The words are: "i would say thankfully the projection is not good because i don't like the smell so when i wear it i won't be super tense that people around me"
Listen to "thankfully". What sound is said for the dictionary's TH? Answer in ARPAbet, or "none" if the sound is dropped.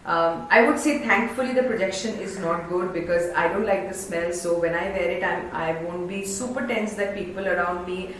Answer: T